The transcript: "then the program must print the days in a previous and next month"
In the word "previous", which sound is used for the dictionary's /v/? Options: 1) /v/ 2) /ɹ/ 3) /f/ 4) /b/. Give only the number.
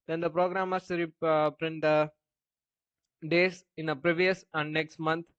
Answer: 1